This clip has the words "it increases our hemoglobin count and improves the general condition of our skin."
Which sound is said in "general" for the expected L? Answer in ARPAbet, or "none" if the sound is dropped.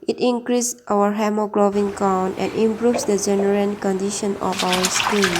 N